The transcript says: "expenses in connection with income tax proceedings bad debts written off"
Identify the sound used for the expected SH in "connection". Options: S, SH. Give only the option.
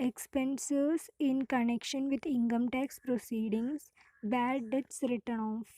SH